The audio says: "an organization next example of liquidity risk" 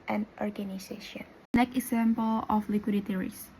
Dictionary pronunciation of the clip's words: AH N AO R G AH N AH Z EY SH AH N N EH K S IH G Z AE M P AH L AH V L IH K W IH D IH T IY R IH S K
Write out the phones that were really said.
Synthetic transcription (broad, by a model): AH N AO R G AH N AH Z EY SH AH N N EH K IH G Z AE M P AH L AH F L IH K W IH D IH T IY R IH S